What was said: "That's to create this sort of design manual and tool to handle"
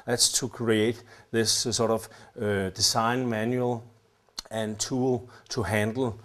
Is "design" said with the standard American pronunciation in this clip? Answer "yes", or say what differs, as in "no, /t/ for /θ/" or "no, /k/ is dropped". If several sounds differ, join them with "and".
no, /s/ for /z/